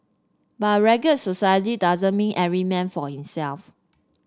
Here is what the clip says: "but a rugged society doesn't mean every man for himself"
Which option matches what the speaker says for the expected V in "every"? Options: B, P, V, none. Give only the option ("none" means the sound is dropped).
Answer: none